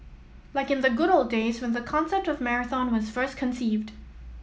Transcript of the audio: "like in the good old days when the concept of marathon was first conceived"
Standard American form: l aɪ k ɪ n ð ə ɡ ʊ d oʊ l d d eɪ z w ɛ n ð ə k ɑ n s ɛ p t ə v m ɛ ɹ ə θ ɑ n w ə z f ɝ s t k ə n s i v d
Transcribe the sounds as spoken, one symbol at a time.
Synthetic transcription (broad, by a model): l aɪ k ɪ n ð ə ɡ ʊ d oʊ l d d eɪ z w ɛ n ð ə k ɑ n s ɛ p t ə v m ɛ ɹ ə θ ɑ n w ə z f ɝ s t k ə n s i v d